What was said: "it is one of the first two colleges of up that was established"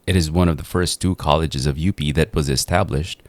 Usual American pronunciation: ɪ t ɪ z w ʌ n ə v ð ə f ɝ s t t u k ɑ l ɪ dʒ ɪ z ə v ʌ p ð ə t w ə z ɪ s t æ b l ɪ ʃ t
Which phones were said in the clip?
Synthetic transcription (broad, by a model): ɪ t ɪ z w ʌ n ə v ð ə f ɝ s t t u k ɑ l ɪ dʒ ɪ z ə v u p ð ə t w ə z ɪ s t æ b l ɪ ʃ t